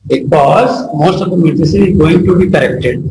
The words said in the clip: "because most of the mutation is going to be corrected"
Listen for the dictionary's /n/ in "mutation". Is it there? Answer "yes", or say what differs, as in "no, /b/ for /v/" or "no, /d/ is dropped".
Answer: no, /n/ is dropped